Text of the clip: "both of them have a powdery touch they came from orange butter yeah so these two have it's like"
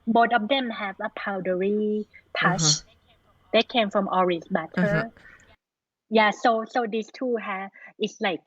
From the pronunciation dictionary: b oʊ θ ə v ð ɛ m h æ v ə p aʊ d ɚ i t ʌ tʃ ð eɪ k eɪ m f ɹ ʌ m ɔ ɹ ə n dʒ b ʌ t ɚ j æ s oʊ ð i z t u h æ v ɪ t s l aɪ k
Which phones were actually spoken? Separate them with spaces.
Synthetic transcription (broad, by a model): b oʊ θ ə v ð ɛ m h æ v ə p aʊ d ɚ i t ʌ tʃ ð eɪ k eɪ m f ɹ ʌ m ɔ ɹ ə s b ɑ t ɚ j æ s oʊ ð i s t u h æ ɪ t s l aɪ k